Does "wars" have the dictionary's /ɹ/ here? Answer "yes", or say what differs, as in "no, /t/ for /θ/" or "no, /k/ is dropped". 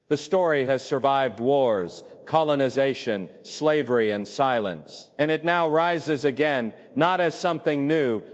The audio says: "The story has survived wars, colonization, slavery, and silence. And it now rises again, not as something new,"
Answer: yes